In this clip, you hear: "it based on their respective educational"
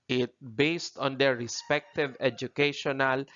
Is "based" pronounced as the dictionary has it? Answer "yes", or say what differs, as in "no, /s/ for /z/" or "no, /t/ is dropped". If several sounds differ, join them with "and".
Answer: yes